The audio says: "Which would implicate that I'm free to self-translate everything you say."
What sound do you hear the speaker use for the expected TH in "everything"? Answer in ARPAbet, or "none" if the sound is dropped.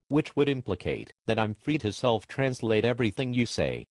TH